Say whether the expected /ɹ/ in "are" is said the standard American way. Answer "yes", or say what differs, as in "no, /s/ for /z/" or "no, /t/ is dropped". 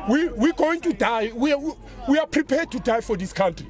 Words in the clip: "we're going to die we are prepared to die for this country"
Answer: no, /w/ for /ɹ/